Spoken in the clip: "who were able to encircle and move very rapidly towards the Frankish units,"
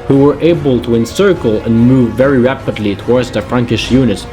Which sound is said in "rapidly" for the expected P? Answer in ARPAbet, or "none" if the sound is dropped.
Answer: P